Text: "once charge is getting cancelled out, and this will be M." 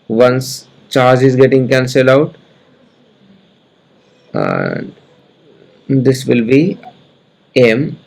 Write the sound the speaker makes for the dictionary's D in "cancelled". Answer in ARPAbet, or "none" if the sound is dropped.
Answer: none